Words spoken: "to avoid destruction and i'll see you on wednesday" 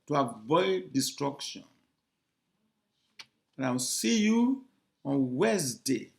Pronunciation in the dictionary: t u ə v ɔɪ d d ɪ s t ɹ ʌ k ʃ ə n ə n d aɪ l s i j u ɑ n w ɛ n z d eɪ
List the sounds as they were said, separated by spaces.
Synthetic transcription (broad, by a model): t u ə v ɔɪ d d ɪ s t ɹ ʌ k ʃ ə n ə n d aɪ w s i j u ɑ n w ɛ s d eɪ